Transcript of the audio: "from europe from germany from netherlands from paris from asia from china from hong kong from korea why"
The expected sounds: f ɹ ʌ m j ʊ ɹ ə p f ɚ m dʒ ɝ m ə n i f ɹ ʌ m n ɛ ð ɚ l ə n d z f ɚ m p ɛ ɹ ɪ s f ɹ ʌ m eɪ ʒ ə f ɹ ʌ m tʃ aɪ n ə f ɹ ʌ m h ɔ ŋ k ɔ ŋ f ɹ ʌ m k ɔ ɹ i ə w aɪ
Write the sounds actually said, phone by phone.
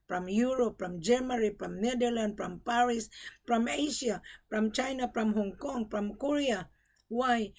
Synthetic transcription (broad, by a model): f ɹ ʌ m j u ɹ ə p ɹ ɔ m dʒ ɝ m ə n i p ɹ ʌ m n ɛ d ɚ l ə n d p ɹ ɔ m p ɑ ɹ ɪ s p ɹ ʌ m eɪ ʃ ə p ɹ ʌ m tʃ aɪ n ə p ɹ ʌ m h ɔ ŋ k ɔ ŋ p ɹ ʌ m k ɔ ɹ i ə w aɪ